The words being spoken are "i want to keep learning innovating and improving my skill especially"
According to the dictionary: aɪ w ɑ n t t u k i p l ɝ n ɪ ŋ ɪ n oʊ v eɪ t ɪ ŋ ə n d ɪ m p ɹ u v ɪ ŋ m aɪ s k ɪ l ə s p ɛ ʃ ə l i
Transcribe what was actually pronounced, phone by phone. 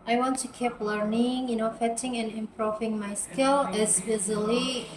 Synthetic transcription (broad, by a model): aɪ w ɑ n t t u k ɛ p l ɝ n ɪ ŋ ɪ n oʊ f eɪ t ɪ ŋ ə n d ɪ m p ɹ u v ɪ ŋ m aɪ s k ɪ l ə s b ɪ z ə l i